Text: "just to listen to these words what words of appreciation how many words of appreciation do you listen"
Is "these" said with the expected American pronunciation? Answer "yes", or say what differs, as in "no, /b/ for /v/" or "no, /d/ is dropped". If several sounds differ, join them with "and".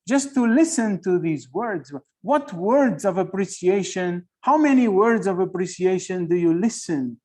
yes